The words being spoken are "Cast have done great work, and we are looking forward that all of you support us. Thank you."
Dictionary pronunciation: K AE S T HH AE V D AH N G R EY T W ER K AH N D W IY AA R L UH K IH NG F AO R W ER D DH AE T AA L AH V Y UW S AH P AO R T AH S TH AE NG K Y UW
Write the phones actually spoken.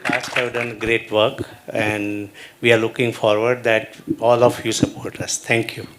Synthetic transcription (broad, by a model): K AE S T HH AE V D AH N G R EY T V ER K AH N D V IY AA R L UH K IH NG F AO R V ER D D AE T AA L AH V Y UW S AH P AO R T AH S T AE NG K Y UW